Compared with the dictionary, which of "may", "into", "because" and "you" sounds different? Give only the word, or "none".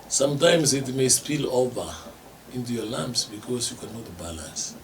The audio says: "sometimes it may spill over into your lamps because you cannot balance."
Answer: because